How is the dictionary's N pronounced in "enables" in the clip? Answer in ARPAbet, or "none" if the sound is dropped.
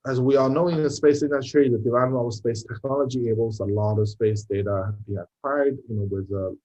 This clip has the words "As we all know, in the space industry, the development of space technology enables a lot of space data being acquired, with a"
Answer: none